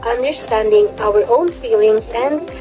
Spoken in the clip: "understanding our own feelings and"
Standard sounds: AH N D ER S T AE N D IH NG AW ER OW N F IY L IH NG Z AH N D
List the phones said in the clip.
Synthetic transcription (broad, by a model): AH N D ER S T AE N D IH NG AW ER OW N F IY L IH NG Z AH N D